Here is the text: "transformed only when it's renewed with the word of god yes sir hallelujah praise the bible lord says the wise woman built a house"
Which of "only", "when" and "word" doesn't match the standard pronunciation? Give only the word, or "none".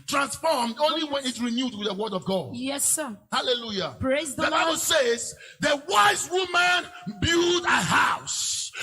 none